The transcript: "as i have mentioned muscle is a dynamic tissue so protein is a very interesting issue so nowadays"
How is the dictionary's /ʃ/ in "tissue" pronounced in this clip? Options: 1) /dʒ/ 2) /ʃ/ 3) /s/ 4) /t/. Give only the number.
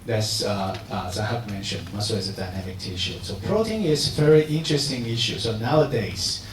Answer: 2